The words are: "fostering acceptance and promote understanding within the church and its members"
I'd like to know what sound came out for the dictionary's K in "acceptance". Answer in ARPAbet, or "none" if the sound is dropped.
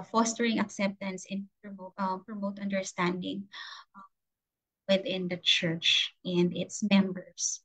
K